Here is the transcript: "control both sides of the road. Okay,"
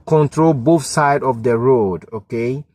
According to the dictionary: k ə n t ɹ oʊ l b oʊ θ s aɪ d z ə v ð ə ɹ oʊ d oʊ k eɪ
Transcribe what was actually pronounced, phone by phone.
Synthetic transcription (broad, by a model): k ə n t ɹ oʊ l b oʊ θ s aɪ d ə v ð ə ɹ oʊ d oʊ k eɪ